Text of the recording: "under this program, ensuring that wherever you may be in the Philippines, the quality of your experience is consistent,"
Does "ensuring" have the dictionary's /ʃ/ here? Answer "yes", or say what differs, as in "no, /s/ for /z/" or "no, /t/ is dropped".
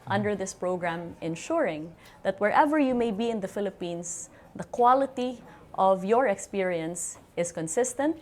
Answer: yes